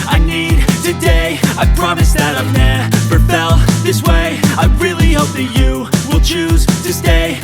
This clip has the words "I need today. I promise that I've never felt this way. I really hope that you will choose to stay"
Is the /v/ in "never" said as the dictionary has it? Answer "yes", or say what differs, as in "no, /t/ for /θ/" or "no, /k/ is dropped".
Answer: no, /p/ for /v/